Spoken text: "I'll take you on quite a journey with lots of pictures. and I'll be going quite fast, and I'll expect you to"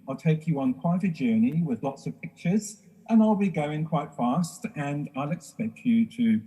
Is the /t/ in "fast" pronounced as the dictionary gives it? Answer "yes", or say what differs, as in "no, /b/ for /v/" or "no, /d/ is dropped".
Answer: yes